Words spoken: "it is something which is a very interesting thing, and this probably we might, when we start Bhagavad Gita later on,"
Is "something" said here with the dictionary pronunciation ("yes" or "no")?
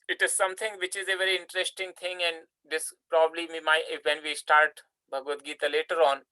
no